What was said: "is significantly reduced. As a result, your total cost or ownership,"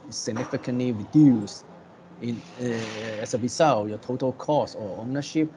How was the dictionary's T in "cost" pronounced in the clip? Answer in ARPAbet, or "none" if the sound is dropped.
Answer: none